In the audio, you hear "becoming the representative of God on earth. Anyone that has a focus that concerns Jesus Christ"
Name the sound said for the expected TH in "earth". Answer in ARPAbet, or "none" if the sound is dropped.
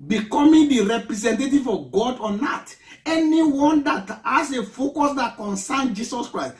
T